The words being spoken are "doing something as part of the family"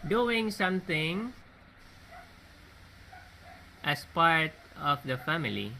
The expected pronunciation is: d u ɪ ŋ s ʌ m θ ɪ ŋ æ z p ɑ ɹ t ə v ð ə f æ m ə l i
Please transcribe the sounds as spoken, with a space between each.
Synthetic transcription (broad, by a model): d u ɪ ŋ s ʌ m t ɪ ŋ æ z p ɑ ɹ t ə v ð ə f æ m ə l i